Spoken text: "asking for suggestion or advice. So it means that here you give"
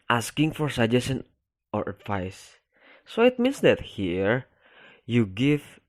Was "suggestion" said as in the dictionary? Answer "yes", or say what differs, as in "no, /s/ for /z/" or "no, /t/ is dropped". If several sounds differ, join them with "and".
no, /tʃ/ is dropped